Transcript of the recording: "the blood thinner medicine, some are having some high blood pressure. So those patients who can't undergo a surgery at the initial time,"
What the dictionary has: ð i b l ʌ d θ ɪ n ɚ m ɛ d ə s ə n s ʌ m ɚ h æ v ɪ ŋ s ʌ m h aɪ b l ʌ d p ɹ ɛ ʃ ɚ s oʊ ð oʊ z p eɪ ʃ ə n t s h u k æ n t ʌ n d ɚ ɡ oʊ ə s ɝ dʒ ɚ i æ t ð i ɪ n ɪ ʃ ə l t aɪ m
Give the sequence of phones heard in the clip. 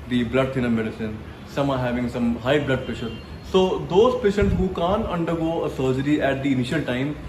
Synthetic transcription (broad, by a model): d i b l ʌ d t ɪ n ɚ m ɛ d ə s ə n s ʌ m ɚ h æ v ɪ ŋ s ʌ m h aɪ b l ʌ d p ɛ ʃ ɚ s oʊ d oʊ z p eɪ ʃ ə n t s h u k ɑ n t ʌ n d ɚ ɡ oʊ ə s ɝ dʒ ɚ i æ t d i ɪ n ɪ ʃ ə l t aɪ m